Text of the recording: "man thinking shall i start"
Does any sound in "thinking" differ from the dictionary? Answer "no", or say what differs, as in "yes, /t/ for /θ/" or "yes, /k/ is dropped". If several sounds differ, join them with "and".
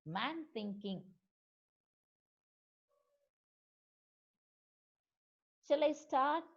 no